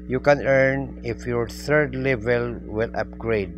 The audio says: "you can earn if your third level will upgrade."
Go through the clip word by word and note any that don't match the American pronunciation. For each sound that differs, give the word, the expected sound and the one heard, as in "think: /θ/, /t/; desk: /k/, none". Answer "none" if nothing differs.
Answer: third: /θ/, /t/